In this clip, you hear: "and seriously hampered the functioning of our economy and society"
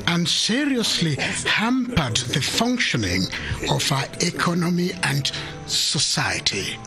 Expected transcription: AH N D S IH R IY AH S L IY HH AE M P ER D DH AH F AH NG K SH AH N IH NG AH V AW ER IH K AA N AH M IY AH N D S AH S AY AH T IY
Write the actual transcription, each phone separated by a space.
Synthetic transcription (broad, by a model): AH N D S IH R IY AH S L IY HH AE M P ER D DH AH F AH NG K SH AH N IH NG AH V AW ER IH K AA N AH M IY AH N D S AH S AY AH T IY